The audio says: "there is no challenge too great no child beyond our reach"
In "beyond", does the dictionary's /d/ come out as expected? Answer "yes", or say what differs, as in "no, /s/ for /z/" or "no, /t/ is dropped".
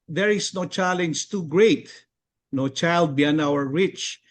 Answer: no, /d/ is dropped